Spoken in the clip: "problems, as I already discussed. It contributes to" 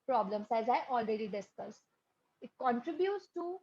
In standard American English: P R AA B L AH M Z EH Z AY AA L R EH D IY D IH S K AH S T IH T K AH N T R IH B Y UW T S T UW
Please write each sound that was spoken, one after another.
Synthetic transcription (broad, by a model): P R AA B L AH M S EH Z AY AA L R EH D IY D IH S K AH S IH T K AH N T R IH B Y UW T S T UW